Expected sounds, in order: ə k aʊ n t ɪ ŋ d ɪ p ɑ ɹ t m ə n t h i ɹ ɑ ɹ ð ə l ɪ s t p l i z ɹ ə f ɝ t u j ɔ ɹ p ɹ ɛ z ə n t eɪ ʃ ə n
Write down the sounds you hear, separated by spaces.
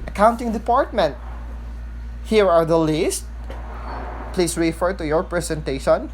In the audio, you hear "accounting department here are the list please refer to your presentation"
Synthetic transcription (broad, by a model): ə k aʊ n t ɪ ŋ d ɪ p ɑ ɹ t m ə n t h i ɹ ɑ ɹ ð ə l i s t p l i s ɹ ə f ɝ t u j ɔ ɹ p ɹ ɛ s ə n t eɪ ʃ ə n